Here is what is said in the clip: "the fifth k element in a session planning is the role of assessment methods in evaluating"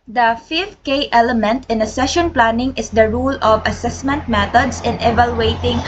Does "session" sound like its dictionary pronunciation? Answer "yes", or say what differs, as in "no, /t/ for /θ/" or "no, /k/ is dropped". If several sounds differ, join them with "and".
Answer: yes